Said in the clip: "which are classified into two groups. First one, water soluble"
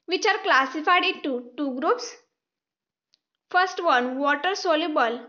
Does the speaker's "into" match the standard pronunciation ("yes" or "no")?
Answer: no